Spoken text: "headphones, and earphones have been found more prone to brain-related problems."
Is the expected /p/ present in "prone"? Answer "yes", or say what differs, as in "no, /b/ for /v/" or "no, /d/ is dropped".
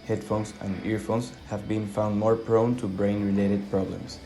yes